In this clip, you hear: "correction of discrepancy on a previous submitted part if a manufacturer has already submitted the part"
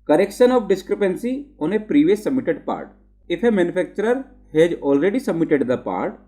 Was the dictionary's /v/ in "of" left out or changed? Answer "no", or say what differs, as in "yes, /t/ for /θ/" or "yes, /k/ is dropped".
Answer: yes, /p/ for /v/